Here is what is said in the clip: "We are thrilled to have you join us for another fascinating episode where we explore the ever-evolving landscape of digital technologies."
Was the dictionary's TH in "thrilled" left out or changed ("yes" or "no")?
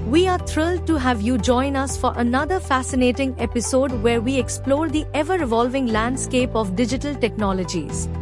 yes